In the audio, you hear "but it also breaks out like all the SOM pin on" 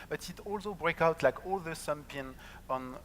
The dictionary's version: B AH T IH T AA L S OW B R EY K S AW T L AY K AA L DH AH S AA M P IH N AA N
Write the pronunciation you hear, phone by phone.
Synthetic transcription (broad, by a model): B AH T IH T AA L S OW B R EY K AW T L AY K AA L DH AH S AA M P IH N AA N